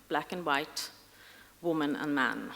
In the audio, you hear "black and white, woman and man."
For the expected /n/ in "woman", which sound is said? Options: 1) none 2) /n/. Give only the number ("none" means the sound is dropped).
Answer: 2